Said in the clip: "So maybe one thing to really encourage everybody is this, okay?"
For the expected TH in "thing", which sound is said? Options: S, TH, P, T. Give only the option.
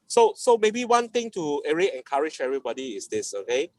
T